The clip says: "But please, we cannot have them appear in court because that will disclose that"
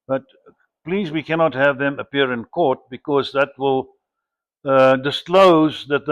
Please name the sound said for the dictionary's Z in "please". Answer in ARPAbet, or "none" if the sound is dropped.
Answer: Z